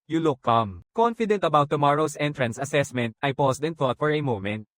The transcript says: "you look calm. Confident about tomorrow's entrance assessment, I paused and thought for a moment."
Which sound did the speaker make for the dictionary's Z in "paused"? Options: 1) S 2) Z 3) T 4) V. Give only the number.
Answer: 1